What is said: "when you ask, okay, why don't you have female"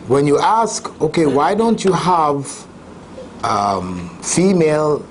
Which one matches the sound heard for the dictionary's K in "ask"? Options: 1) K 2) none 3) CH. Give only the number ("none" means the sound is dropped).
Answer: 1